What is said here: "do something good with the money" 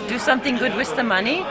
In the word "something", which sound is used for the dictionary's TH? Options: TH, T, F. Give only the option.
TH